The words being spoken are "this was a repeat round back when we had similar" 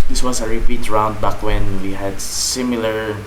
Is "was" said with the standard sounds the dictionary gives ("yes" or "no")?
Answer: no